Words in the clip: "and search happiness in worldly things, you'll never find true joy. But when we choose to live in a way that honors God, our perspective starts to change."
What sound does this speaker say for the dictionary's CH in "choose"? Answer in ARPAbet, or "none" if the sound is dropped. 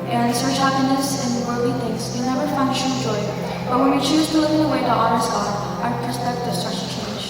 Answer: CH